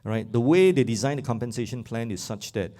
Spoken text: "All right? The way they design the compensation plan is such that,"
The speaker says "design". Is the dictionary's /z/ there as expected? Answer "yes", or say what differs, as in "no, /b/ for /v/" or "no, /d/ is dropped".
yes